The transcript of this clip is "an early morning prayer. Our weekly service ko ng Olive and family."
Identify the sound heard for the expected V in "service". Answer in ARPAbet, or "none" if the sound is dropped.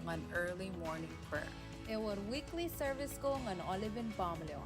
V